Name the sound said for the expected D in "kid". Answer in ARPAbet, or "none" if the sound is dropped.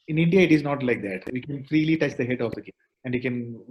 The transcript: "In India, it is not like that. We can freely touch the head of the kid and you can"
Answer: none